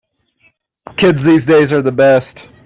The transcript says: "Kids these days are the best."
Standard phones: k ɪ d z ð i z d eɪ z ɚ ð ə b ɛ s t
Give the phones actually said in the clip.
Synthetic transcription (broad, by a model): k ɪ d z ð i z d eɪ z ɚ ð ə b ɛ s t